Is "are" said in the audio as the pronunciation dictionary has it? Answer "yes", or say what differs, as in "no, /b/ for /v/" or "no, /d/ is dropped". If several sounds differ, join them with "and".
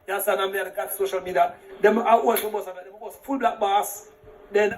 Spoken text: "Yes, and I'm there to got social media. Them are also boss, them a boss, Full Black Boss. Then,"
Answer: no, /w/ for /ɹ/